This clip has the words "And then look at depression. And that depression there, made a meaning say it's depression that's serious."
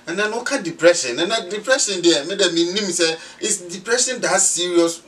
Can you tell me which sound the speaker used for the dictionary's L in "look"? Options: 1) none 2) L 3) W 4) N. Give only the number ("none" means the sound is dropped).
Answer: 3